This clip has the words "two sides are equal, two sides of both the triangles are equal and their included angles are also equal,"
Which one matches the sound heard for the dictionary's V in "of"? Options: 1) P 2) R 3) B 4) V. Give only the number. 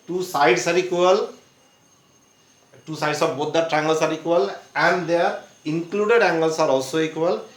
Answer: 1